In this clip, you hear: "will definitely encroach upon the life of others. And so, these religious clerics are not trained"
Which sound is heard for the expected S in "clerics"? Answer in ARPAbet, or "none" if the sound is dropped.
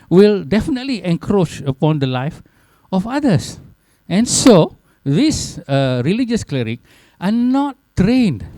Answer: none